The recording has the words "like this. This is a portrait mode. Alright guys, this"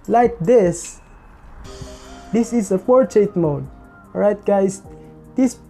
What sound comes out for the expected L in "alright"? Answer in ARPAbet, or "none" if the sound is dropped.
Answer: none